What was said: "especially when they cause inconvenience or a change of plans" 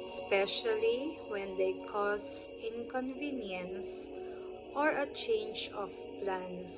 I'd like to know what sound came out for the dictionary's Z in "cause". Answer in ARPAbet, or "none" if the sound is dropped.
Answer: S